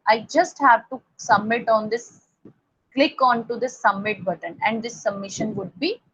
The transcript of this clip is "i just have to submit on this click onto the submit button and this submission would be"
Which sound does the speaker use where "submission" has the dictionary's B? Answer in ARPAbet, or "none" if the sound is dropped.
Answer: B